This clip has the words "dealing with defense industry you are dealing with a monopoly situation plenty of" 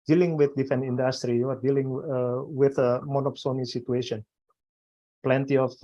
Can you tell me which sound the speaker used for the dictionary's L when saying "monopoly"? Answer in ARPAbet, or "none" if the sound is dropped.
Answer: N